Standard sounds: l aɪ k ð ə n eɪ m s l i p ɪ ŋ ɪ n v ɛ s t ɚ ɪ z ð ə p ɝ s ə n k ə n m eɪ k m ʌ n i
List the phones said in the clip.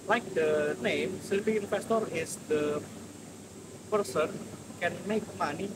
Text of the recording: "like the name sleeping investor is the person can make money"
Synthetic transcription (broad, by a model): l aɪ k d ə n eɪ m s l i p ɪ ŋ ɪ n f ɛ s t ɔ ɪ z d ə p ɝ s ə n k ə n m eɪ k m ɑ n i